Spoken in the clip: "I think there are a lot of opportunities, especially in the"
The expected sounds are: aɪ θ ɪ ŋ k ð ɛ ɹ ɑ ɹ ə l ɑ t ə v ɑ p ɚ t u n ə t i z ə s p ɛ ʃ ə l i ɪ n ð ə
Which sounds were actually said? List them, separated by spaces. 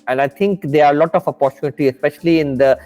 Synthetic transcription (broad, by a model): aɪ t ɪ ŋ k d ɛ ɹ ɑ ɹ ə l ɑ t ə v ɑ p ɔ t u n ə t i ə s p ɛ ʃ ə l i ɪ n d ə